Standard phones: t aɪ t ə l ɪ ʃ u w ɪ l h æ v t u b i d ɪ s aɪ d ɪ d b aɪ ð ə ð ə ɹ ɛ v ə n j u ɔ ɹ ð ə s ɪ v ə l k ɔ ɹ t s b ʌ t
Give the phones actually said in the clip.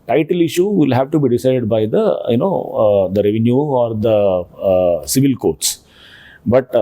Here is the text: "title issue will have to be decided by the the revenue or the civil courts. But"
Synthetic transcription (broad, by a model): t aɪ t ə l ɪ ʃ u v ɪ l h æ v t u b i d ɪ s aɪ d ɪ d b aɪ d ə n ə ɹ ɛ v ə n j u ɔ ɹ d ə s ɪ v ə l k ɔ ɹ t s b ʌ t